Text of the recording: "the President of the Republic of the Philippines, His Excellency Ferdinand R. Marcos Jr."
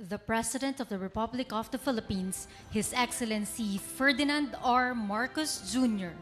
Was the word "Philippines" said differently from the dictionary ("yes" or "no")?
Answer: yes